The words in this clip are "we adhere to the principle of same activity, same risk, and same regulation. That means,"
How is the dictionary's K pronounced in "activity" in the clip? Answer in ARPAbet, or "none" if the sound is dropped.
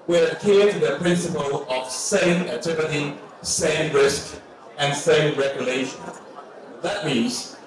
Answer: none